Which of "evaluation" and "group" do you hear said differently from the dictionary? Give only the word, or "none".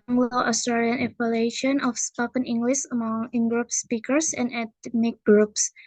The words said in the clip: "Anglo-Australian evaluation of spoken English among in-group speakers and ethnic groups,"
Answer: evaluation